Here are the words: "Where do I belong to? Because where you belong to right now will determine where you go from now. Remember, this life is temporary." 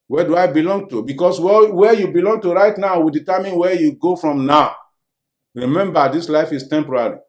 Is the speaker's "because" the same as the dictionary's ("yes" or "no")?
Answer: no